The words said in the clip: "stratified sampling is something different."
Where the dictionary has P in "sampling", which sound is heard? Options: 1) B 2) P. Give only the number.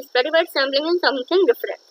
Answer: 1